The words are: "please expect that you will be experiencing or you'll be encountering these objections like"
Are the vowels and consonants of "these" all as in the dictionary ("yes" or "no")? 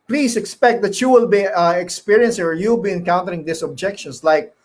no